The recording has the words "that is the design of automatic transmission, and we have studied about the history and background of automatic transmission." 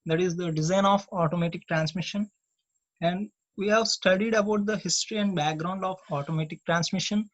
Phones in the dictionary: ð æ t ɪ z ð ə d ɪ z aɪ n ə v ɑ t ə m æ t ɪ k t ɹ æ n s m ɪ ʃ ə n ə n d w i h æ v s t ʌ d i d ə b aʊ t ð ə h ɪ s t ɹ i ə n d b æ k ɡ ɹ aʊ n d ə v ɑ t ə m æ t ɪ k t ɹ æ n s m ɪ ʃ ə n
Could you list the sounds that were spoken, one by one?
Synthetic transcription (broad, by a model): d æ t ɪ z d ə d ɪ z aɪ n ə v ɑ t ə m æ t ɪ k t ɹ æ n s m ɪ ʃ ə n ə n d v i h æ v s t ʌ d i d ə b aʊ t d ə h ɪ s t ɹ i ə n d b æ k ɡ ɹ aʊ n d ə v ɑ t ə m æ t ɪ k t ɹ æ n s m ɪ ʃ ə n